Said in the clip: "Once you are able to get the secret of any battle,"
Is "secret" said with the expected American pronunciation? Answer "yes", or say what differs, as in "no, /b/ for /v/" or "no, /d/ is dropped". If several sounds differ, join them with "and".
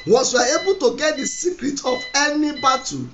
yes